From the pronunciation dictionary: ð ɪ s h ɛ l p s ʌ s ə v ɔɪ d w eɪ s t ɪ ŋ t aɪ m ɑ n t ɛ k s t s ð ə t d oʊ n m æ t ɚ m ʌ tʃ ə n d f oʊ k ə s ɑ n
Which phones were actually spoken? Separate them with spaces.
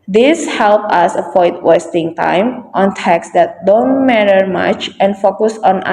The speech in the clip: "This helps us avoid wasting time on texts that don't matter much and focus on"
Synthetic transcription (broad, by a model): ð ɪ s h ɛ l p ʌ s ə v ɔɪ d w eɪ s t ɪ ŋ t aɪ m ɑ n t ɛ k s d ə t d oʊ n m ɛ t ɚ m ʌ tʃ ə n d f oʊ k ə s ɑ n